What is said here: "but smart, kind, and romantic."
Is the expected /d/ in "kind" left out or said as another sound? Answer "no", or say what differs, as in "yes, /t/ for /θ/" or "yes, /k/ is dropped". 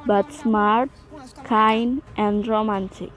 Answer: yes, /d/ is dropped